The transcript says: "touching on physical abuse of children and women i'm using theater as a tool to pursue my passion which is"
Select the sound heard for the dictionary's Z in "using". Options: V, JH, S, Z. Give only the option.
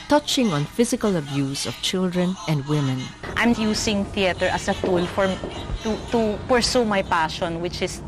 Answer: S